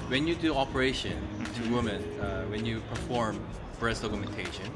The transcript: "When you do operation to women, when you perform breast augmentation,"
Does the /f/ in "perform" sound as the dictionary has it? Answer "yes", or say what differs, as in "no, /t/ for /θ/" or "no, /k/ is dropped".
yes